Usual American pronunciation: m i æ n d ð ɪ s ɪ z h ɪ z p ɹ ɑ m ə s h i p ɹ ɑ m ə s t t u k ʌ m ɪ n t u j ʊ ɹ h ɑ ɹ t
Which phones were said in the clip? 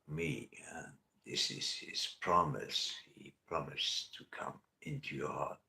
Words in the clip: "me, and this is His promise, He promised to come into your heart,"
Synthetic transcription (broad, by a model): m i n ð ɪ s ɪ z h ɪ z p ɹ ɑ m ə s h i p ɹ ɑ m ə s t t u k ʌ m ɪ n t u j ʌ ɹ h ɑ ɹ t